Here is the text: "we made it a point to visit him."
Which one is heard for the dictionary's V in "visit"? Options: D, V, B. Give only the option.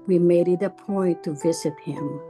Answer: V